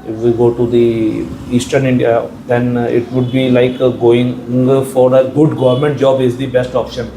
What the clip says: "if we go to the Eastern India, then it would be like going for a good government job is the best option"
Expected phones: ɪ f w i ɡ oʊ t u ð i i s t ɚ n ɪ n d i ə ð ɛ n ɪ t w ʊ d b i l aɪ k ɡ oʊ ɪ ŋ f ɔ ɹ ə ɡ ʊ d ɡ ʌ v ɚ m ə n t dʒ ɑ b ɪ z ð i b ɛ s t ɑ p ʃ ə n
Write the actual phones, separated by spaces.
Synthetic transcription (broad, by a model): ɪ f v i ɡ oʊ t u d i i s t ɚ n ɪ n d i ə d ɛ n ɪ t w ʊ d b i l aɪ k ɡ oʊ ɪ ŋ f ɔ ɹ ə ɡ ʊ d ɡ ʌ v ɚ m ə n t dʒ ɑ b ɪ z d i b ɛ s t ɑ p ʃ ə n